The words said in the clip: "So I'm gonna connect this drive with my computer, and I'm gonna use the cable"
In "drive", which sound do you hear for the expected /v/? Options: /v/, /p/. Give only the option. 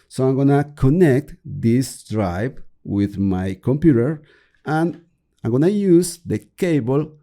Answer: /p/